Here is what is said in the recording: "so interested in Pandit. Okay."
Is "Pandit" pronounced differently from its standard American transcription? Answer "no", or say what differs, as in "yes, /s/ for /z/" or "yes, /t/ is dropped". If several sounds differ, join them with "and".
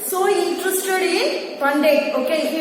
yes, /t/ is dropped